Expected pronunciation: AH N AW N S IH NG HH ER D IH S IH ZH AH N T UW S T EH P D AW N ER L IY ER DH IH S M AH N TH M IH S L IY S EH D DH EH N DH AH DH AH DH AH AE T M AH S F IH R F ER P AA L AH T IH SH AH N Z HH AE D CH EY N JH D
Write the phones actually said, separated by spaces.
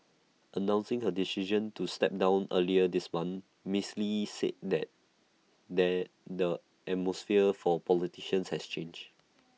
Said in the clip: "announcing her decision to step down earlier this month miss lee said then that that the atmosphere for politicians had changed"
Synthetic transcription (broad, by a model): AH N AW N S IH NG HH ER D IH S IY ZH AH N T UW S T EH P D AW N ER L IY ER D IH S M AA N M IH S L IY S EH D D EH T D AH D AH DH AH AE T M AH S F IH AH F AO P AA L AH T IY SH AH N S HH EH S CH EY N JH